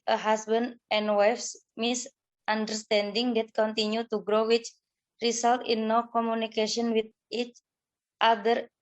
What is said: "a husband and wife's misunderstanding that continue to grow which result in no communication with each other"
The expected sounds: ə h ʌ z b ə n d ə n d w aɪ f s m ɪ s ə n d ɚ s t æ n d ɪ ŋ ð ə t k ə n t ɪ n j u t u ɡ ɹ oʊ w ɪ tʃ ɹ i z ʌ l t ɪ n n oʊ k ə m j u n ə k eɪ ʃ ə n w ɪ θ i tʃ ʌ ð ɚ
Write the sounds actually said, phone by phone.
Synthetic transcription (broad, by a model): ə h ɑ s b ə n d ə n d w aɪ f s m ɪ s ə n d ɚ s t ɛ n d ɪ ŋ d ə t k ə n t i n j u t u ɡ ɹ oʊ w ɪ tʃ ɹ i s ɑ l t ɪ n n oʊ k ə m j u n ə k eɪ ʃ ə n w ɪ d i tʃ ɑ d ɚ